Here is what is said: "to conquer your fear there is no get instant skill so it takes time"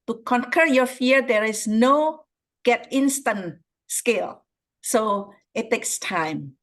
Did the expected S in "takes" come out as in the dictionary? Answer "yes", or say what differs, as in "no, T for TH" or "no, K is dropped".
yes